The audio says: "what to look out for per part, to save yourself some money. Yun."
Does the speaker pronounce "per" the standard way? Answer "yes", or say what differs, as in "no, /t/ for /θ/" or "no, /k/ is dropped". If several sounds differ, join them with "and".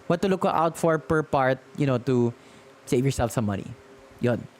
yes